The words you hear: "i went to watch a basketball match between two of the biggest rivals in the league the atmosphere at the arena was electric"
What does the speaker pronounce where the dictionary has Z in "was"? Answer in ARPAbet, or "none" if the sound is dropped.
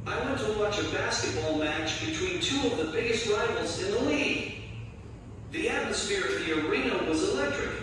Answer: Z